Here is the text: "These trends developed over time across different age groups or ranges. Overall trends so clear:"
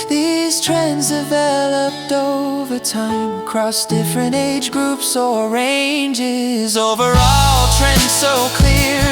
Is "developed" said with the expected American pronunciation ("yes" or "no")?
yes